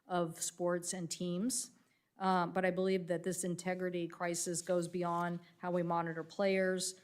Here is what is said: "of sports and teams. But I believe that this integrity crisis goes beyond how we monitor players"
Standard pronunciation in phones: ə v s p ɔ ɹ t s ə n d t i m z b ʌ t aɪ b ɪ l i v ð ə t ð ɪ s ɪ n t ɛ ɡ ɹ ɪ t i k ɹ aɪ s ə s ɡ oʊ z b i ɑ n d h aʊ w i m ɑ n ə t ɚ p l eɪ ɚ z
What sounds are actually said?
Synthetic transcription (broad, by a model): ə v s p ɔ ɹ t s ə n t i m z b ʌ t aɪ b ɪ l i v ð ə t ð ɪ s ɪ n t ɛ ɡ ɹ ɪ t i k ɹ aɪ s ə s ɡ oʊ z b i ɑ n d h aʊ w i m ɑ n ə t ɚ p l eɪ ɚ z